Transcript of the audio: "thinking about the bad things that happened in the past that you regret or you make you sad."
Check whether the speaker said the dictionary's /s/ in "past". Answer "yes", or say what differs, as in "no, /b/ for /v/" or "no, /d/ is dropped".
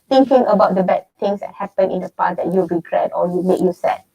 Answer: no, /s/ is dropped